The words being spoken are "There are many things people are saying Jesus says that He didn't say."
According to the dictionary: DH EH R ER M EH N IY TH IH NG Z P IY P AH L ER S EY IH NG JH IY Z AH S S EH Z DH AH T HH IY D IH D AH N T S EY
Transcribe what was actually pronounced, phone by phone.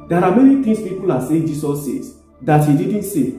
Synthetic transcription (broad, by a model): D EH R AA M EH N IY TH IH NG S P IY P AH L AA S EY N JH IY S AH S S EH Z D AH T HH IY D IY D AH N T S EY